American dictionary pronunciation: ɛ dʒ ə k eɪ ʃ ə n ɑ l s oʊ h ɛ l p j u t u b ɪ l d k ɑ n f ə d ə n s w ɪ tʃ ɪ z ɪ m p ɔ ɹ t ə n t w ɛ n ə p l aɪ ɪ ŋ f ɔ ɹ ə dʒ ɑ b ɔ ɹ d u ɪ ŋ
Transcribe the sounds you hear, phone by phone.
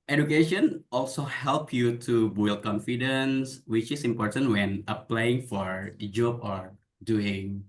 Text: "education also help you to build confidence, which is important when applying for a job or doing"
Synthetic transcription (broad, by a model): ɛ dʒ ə k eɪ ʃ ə n ɑ l s oʊ h ɛ l p j u t u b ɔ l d k ɑ n f ə d ə n s w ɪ tʃ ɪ s ɪ m p ɔ ɹ t ə n t w ɛ n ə p l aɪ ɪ ŋ f ɔ ɹ dʒ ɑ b ɔ ɹ d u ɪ ŋ